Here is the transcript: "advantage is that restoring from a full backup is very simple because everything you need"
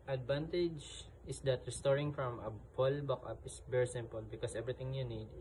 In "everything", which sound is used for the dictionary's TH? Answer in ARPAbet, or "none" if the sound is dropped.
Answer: T